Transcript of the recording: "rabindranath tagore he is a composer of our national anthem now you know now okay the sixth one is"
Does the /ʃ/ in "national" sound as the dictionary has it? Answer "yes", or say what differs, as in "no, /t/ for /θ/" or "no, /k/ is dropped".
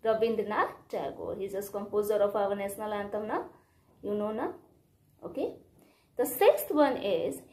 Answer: no, /s/ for /ʃ/